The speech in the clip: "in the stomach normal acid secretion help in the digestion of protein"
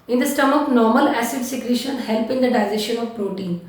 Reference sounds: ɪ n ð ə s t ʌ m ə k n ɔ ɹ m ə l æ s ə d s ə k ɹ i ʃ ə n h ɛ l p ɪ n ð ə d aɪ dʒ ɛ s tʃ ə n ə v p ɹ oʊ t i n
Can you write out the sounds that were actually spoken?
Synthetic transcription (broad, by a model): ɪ n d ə s t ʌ m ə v n ɔ ɹ m ə l æ s ə d s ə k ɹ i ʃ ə n h ɛ l p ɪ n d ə d aɪ z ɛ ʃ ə n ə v p ɹ oʊ t i n